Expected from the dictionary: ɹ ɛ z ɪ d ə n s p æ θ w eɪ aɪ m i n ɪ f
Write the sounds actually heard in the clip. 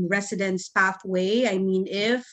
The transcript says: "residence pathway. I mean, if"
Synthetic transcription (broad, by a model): ɹ ɛ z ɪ d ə n s p æ θ w eɪ aɪ m i n ɪ f